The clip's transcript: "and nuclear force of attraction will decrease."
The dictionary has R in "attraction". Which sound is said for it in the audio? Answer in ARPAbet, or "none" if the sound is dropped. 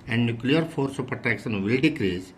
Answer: none